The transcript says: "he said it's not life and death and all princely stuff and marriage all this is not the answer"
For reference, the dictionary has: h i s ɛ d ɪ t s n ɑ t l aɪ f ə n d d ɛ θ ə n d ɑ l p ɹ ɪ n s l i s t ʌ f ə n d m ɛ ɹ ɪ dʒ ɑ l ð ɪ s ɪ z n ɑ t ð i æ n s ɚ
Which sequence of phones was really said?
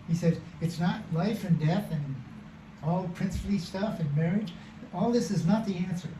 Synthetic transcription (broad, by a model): h i s ɛ d ɪ t s n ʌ t l aɪ f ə n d d ɛ θ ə n ɑ l p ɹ ɪ n s l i s t ʌ f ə n m ɛ ɹ ɪ dʒ ɑ l ð ɪ s ɪ z n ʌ t ð i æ n s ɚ